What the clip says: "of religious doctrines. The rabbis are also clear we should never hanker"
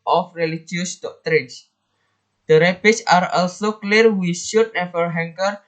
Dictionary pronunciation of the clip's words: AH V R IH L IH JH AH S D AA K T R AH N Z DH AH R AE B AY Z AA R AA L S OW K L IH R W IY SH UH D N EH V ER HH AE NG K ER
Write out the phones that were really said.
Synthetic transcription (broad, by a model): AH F R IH L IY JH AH S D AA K T R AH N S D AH R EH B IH S AA R AA L S OW K L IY R W IY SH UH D N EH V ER HH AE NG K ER